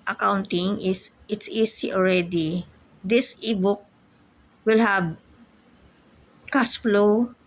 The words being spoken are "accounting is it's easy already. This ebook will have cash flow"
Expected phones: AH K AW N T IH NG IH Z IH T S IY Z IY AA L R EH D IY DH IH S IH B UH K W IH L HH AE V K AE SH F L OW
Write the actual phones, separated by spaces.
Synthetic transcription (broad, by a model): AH K AW N T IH NG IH S IH T S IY S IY AA L R EH D IY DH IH S IH B UH K W IH L HH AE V K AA S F L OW